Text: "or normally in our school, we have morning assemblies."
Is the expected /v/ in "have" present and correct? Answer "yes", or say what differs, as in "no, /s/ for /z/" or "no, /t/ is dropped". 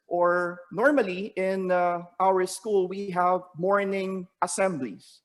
yes